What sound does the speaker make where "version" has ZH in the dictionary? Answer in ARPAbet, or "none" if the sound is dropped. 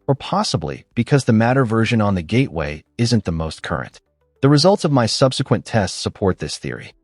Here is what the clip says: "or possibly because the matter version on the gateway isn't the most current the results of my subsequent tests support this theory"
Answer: ZH